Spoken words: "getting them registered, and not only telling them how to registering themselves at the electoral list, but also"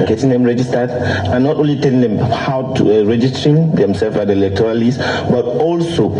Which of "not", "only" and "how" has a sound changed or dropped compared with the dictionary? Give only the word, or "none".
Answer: none